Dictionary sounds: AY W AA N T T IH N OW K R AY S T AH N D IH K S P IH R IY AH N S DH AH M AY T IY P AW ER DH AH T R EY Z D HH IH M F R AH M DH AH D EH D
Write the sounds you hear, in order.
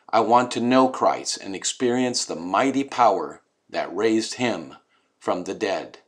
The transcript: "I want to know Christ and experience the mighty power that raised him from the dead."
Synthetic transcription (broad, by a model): AY W AA N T T IH N OW K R AY S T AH N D IH K S P IH R IY AH N S DH AH M AY T IY P AW ER DH AH T R EY Z D HH IH M F R AH M DH AH D EH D